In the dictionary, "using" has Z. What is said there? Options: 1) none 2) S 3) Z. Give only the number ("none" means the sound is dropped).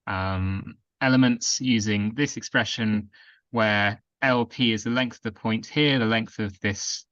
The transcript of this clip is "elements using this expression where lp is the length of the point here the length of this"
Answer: 3